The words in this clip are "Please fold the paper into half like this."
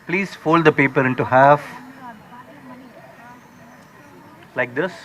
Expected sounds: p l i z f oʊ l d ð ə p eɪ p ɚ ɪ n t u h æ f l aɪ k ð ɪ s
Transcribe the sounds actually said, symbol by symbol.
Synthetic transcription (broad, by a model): p l i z f oʊ l d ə p eɪ p ɚ ɪ n t u h æ f l aɪ k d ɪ s